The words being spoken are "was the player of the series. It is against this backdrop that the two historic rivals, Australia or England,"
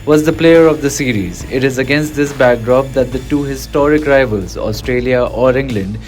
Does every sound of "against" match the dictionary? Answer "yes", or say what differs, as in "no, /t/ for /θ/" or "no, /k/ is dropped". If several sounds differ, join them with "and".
yes